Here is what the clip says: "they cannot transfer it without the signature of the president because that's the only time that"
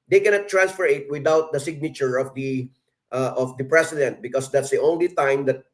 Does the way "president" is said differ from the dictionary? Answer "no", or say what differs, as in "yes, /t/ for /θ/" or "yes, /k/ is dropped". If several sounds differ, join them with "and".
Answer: yes, /s/ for /z/